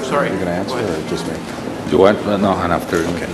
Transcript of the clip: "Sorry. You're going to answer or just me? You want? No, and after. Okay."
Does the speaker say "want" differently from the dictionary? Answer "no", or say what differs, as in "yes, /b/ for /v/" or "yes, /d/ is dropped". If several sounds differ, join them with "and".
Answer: yes, /n/ is dropped